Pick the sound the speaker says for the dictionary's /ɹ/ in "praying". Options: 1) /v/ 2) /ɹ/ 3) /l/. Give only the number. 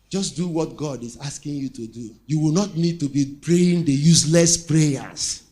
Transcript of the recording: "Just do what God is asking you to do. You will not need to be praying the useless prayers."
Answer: 2